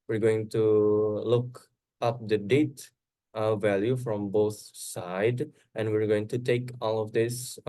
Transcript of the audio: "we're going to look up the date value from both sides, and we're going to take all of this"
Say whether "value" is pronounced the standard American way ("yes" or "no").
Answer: yes